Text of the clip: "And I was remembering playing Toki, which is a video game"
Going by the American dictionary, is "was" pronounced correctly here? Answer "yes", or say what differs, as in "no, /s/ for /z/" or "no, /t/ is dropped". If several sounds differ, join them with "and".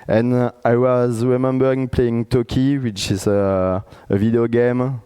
yes